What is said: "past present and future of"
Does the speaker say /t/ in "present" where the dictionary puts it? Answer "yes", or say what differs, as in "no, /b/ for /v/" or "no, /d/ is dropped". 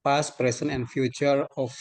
no, /t/ is dropped